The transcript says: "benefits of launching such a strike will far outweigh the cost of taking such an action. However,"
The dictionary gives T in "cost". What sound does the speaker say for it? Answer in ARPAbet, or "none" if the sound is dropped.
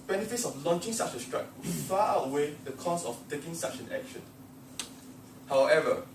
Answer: none